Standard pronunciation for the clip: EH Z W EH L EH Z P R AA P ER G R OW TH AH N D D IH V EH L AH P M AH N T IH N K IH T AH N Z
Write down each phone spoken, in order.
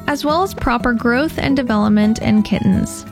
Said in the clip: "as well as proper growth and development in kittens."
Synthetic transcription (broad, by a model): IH Z W EH L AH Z P R AA P ER G R OW TH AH N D D IH V EH L AH P M AH N T IH N K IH T N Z